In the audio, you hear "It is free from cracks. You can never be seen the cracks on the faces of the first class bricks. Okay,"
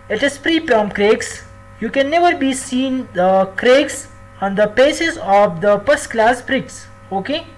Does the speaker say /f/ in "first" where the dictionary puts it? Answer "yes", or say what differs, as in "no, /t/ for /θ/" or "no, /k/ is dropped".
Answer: no, /p/ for /f/